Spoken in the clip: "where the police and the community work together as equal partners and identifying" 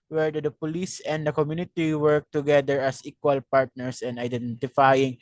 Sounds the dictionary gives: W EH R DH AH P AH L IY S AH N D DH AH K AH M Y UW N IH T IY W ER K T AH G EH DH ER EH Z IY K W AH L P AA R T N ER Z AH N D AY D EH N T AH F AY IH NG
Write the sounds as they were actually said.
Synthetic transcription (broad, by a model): W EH R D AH P AH L IY S AH N D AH K AH M Y UW N IH T IY W ER K T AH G EH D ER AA S IY K W AH L P AA R T N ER S AH N D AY D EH N T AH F AY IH NG